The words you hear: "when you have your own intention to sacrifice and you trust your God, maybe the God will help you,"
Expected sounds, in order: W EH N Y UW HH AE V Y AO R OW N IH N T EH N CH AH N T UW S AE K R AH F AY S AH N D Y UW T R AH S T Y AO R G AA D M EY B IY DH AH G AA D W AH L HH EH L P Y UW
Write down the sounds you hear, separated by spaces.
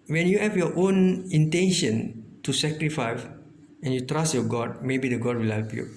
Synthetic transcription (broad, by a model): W EH N Y UW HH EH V Y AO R OW N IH N T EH N SH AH N T UW S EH K R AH F AY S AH N Y UW T R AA S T Y AO G AA D M EY B IY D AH G AA D W AH L HH EH L P Y UW